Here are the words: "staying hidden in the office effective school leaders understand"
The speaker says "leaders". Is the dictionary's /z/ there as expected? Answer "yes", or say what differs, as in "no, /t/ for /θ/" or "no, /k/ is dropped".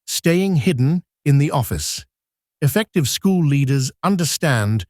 yes